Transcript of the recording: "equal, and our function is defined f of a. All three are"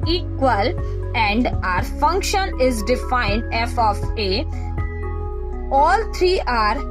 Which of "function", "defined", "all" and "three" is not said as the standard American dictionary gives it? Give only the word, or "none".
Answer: three